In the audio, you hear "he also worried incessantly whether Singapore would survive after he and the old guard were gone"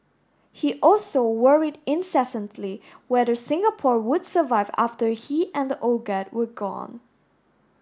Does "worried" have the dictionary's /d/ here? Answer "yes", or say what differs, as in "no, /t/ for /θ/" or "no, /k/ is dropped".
yes